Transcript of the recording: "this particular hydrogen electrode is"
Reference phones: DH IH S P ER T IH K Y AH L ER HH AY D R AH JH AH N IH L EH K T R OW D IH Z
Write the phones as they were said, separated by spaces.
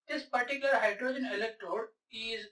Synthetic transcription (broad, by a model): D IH S P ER T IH K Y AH L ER HH AY D R AH JH AH N IH L EH K T R OW D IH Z